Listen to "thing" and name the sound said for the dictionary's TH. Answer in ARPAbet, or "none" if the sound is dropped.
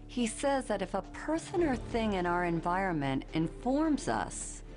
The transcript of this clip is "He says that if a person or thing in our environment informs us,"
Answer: TH